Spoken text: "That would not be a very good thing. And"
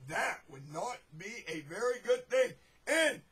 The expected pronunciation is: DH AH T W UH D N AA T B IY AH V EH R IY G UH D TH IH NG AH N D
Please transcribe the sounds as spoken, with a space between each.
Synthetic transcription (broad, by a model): DH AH T W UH D N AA T B IY AH V EH R IY G UH D TH IH NG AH N